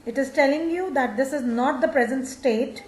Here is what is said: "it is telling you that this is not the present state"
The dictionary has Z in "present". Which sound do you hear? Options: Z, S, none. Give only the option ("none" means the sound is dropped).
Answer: Z